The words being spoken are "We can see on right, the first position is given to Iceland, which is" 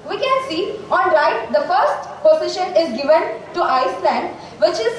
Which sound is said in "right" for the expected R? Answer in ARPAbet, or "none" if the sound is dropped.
L